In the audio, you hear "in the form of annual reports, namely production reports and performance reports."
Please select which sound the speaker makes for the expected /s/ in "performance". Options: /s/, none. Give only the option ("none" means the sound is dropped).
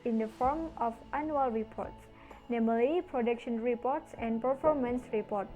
/s/